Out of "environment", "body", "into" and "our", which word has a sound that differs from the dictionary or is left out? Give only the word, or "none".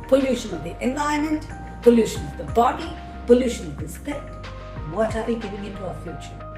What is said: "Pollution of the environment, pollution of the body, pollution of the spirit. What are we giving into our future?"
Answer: environment